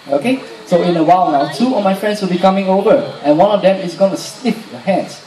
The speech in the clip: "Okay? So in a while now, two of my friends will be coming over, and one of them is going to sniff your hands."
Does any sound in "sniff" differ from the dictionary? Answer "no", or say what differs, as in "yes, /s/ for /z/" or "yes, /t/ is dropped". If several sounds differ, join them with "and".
yes, /l/ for /n/